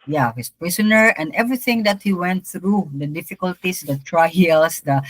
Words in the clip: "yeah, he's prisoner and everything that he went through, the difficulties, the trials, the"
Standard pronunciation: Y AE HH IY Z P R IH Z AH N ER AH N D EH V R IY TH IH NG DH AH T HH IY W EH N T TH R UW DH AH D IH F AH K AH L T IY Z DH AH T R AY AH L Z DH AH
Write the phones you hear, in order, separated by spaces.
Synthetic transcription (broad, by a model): Y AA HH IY S P R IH S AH N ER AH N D EH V R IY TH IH NG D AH T HH IY W EH N T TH R UW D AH D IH F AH K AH L T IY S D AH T R AY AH L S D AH